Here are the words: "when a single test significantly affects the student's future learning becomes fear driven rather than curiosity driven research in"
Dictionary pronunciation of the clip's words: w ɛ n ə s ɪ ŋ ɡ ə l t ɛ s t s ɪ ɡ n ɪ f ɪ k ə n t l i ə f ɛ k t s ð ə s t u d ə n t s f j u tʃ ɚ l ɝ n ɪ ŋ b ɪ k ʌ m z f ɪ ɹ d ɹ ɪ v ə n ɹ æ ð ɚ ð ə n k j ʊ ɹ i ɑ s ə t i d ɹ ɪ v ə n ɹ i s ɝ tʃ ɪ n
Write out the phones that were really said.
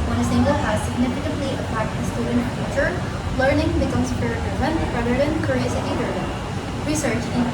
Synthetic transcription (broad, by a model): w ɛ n ə s ɪ ŋ ɡ ə l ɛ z s ɪ ɡ n ɪ f ɪ k ə n t l i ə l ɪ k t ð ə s t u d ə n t f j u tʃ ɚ l ɝ n ɪ ŋ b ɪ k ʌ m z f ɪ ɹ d ɪ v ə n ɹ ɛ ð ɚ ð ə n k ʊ ɹ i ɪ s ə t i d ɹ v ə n ɹ i s ɝ tʃ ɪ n